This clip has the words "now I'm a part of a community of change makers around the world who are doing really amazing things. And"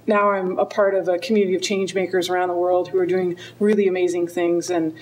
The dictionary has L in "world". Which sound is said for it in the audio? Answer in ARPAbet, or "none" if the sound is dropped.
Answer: L